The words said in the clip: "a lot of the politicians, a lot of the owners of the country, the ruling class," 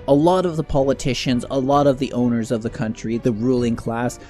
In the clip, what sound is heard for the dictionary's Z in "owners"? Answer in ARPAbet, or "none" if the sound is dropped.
Z